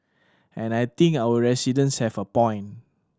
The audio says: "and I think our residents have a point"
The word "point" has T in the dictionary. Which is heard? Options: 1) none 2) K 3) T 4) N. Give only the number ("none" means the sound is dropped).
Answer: 1